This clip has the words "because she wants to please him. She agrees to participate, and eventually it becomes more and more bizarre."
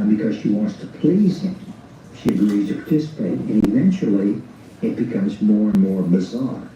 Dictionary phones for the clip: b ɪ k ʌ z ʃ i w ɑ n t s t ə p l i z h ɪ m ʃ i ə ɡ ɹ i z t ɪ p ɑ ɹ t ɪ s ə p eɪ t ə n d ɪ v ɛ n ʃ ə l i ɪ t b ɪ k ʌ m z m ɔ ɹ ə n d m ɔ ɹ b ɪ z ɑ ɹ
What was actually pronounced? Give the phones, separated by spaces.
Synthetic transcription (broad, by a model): b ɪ k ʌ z ʃ i w ɑ n t s t ə p l i z h ɪ m ʃ i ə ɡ ɹ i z t ɪ p ɑ ɹ t ɪ s ə p eɪ t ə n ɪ v ɛ n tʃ l i ɪ t b ɪ k ʌ m z m ɔ ɹ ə n m ɔ ɹ b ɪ z ɑ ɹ